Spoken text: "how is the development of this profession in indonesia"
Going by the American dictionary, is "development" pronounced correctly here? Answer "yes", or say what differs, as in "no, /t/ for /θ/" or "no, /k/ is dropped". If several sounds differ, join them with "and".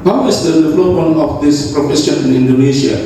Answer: no, /t/ is dropped